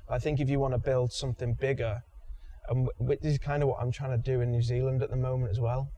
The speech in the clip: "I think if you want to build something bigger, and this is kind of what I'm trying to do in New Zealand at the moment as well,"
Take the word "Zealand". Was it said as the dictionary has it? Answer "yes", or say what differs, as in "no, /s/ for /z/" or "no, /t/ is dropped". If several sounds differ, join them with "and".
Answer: yes